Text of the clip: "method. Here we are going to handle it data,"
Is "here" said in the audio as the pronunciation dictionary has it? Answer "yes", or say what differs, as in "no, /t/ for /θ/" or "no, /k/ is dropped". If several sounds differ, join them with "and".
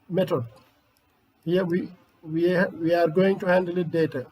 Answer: no, /w/ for /ɹ/